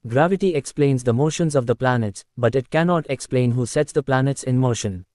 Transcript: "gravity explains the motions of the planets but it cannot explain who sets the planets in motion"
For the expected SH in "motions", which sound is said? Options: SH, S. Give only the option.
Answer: SH